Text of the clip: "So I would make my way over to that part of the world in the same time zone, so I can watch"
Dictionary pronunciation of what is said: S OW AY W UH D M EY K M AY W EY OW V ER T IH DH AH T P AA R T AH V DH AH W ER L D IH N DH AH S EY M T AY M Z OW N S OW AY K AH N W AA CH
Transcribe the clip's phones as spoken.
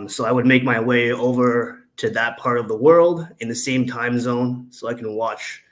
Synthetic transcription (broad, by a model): S OW AY W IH D M EY K M AY W EY OW V ER T IH DH AH T P AA R T AH V DH AH W ER L D IH N DH AH S EY M T AY M Z OW N S OW AY K N W AA CH